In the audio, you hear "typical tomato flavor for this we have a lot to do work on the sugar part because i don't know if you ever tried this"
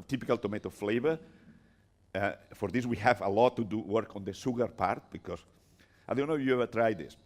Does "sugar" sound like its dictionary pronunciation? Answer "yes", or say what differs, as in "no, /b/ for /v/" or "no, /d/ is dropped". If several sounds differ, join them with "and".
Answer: no, /s/ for /ʃ/